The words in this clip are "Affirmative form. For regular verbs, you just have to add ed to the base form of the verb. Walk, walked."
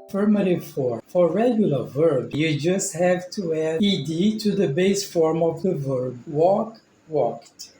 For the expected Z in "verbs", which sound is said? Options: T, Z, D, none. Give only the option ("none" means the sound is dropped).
none